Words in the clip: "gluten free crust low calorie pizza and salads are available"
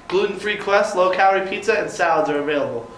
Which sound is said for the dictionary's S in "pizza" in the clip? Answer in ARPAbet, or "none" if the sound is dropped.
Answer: none